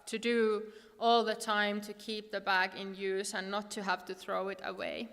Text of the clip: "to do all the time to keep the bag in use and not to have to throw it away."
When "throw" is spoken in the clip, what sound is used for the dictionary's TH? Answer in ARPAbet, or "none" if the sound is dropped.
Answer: TH